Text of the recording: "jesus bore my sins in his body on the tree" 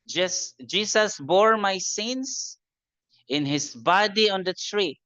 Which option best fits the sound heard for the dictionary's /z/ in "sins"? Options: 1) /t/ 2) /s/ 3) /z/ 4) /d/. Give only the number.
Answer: 2